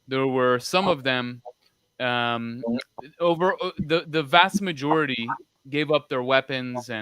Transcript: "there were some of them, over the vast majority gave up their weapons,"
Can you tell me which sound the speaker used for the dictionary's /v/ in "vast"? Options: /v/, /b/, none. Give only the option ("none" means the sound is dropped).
/v/